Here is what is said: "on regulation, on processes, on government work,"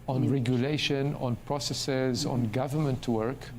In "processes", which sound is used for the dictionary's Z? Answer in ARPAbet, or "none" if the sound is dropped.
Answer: Z